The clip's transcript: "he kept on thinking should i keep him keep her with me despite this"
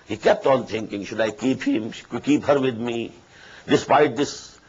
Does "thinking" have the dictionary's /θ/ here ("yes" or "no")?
no